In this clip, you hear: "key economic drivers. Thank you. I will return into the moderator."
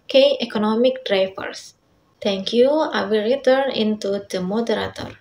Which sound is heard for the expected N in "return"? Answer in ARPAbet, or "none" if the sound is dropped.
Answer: N